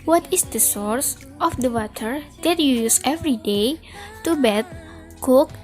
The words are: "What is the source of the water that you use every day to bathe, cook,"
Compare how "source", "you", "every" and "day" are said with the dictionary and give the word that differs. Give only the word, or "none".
none